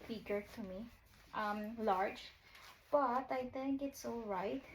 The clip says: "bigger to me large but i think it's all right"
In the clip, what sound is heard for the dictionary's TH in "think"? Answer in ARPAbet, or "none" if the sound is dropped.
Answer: T